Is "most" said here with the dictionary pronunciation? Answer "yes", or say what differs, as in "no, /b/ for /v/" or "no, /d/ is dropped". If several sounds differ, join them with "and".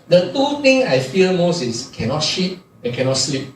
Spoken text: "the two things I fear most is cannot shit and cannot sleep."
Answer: yes